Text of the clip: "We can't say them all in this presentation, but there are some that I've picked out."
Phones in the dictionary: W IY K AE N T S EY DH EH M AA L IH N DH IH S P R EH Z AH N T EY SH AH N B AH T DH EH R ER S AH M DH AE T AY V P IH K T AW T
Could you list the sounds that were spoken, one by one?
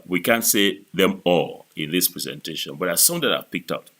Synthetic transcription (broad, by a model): W IY K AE N T S EY DH EH M AA L IH N DH IH S P R EH Z AH N T EY SH AH N B AH T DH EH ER S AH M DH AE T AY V P IH K T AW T